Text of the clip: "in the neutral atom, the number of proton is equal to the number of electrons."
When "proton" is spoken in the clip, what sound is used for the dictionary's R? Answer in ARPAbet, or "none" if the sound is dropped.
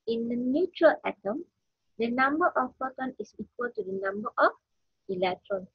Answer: none